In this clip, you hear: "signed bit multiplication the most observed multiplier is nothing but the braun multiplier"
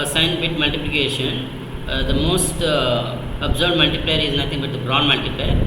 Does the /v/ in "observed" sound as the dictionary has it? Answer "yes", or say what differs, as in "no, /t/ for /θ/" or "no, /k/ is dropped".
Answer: no, /b/ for /v/